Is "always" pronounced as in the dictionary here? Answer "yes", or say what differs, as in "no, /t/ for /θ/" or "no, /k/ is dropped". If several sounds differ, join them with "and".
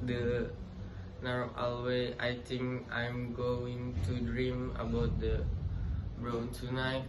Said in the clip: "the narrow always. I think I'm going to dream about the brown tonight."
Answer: no, /z/ is dropped